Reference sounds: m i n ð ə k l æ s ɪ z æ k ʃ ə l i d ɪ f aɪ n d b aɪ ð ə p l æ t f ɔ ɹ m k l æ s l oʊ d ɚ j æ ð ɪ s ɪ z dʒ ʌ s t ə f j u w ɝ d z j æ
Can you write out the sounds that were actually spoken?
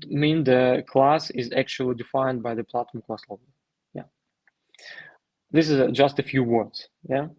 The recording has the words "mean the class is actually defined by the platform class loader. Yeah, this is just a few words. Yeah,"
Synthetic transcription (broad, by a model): m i n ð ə k l æ s ɪ z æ k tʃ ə l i d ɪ f aɪ n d b aɪ ð ə p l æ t ɔ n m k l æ s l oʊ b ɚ j æ ð ɪ s ɪ z dʒ ʌ s t ə f j u w ɝ d z j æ